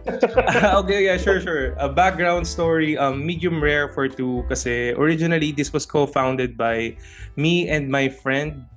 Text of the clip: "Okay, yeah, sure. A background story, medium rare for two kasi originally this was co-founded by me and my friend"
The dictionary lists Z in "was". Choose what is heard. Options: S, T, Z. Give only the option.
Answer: S